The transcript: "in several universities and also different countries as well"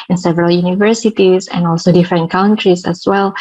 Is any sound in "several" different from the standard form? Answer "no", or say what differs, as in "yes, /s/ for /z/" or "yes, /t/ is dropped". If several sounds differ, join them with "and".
no